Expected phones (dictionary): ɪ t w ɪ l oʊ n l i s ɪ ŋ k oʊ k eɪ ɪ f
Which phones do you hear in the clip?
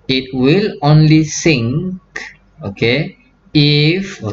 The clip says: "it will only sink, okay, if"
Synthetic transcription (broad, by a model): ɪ t w ɪ l oʊ n l i s ɪ ŋ k oʊ k eɪ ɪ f